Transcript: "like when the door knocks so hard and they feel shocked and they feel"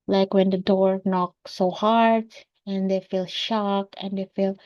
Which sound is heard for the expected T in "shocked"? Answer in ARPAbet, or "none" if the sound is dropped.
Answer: none